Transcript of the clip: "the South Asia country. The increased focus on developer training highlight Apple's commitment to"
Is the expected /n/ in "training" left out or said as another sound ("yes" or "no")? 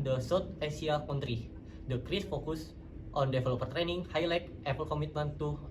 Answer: no